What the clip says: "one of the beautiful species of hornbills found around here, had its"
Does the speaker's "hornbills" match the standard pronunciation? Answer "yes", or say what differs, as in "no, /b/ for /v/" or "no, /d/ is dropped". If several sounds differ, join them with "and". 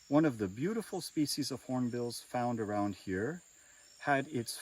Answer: yes